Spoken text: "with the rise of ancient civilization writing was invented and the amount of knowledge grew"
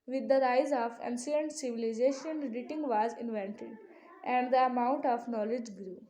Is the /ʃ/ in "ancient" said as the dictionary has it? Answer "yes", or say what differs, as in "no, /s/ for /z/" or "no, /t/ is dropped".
no, /s/ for /ʃ/